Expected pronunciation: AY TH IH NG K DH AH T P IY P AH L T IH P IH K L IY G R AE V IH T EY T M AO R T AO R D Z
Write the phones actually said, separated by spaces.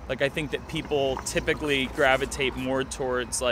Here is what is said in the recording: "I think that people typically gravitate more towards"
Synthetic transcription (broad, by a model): AY TH IH NG K DH AH T P IY P L T IH P IH K L IY G R AE V IH T EY T M AO R T AO R D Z